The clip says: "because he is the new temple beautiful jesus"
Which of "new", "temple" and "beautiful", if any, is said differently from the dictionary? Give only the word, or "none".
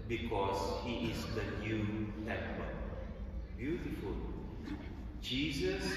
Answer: temple